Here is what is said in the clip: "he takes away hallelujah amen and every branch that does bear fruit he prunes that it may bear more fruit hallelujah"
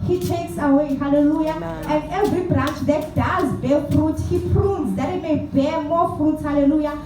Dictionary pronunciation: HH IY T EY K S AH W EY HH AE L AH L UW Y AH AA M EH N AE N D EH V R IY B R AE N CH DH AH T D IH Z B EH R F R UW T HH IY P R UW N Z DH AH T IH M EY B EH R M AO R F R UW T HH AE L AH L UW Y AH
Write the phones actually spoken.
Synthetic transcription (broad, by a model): HH IY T EY K S AH W EY HH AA L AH L UW Y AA EH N N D EH V R IY B R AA N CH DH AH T D IH Z B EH L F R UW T HH IY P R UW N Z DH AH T IH M EY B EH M AO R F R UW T HH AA L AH L UW Y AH